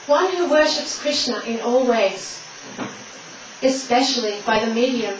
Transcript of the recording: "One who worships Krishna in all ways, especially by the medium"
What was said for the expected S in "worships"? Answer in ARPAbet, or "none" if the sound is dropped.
S